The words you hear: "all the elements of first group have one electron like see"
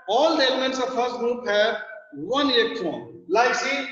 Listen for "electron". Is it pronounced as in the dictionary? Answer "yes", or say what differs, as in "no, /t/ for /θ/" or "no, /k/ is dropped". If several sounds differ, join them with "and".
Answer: no, /ɹ/ is dropped